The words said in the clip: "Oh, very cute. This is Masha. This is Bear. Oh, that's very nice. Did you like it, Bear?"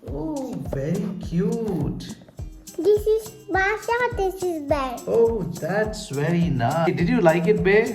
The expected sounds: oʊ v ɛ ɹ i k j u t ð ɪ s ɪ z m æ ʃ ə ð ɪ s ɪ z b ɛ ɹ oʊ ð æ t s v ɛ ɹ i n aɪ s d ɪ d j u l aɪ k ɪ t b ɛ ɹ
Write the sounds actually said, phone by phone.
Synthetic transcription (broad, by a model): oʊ v ɛ ɹ i k j u t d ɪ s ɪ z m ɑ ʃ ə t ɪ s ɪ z b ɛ oʊ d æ t s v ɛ ɹ i n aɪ d ɪ d j u l aɪ k ɪ t b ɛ